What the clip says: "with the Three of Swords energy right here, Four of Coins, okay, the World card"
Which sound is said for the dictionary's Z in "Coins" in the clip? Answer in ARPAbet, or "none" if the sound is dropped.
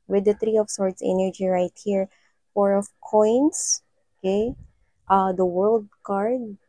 S